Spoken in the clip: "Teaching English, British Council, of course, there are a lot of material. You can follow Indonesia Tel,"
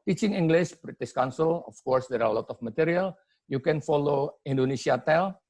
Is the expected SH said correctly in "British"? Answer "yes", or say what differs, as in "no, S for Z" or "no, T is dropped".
no, S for SH